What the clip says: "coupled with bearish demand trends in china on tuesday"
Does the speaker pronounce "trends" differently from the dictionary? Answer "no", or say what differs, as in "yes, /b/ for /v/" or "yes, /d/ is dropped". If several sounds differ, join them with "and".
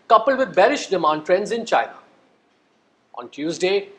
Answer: no